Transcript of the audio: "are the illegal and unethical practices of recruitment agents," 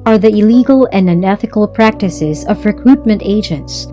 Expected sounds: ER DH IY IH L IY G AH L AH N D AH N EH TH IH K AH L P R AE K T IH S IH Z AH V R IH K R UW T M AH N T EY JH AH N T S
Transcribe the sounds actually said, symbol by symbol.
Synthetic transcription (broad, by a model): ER DH IY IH L IY G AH L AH N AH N EH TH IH K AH L P R AE K T IH S IH Z AH V R IH K R UW T M AH N T EY JH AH N T S